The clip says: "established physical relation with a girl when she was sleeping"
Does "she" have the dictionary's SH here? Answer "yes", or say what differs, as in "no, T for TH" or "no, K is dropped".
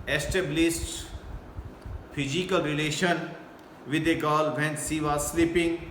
no, S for SH